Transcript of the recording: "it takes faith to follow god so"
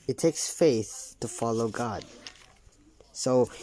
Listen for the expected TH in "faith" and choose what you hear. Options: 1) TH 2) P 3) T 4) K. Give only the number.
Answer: 1